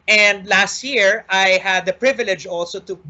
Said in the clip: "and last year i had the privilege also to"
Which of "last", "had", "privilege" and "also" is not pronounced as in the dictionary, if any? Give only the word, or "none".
none